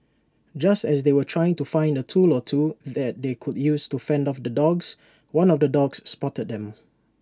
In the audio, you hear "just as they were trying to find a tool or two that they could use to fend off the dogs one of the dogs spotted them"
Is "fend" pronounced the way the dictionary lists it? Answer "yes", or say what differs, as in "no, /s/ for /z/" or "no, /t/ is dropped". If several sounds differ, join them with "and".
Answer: yes